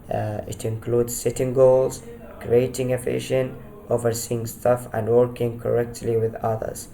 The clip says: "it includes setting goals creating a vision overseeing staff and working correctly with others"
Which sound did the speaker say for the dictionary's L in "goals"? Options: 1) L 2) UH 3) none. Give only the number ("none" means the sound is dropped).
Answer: 1